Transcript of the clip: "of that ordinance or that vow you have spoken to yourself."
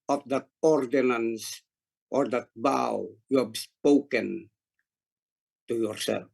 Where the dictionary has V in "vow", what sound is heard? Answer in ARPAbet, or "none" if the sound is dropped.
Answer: B